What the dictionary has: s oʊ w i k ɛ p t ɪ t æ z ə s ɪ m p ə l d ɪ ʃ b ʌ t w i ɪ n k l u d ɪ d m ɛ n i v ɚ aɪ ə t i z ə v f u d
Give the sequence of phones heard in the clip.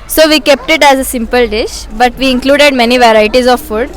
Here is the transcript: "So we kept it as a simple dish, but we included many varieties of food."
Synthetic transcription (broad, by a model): s oʊ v i k ɛ p t ɪ t æ z ə s ɪ m p ə l d ɪ ʃ b ʌ t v i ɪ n k l u d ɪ d m ɛ n i v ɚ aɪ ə t i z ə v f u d